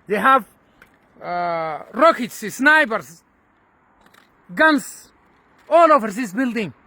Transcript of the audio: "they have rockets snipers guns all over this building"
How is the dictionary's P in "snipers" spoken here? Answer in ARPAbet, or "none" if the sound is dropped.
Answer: B